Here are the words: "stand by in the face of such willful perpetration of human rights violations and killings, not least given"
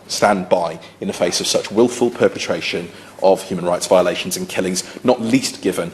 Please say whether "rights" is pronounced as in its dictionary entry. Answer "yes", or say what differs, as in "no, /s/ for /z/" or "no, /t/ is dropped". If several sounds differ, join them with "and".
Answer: yes